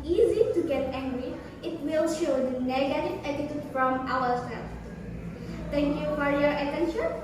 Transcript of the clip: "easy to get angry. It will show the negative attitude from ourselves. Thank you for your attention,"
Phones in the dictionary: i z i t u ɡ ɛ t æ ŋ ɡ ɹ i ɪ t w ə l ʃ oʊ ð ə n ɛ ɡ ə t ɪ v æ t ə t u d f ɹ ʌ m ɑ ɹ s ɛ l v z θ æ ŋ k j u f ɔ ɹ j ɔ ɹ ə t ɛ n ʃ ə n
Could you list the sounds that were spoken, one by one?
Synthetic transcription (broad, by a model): i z i t u ɡ ɛ t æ ŋ ɡ ɹ i ɪ t w ə l ʃ oʊ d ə n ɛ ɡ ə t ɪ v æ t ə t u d f ɹ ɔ m ɑ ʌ s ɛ l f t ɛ ŋ k j u f ɔ ɹ j ɔ ɹ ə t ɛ n ʃ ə n